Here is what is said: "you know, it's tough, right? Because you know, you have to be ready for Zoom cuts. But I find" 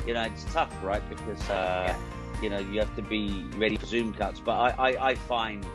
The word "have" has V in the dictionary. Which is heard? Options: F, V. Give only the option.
F